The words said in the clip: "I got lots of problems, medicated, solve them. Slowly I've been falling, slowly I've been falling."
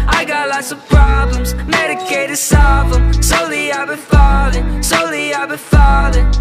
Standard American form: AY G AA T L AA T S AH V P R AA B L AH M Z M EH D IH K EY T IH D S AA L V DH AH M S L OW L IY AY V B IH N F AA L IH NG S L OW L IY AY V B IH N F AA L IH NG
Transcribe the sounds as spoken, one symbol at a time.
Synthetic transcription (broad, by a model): AY G AA T L AA T S AH V P R AA B L AH M Z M EH D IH K EY T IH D S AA V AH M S OW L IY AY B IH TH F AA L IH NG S OW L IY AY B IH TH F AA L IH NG